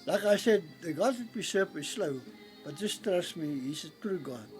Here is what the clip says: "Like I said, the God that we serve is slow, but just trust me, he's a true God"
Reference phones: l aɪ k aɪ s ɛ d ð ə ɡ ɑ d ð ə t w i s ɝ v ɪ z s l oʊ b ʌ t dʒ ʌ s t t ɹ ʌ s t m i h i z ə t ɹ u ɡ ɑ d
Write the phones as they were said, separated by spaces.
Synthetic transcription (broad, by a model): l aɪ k aɪ s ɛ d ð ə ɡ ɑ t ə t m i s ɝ p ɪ s l oʊ b ʌ t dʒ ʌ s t t ɹ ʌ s m i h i s ə t ɹ u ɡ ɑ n